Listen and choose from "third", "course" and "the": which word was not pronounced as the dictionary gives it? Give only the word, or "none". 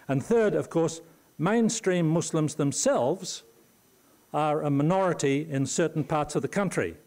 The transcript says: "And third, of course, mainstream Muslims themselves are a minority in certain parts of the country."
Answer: none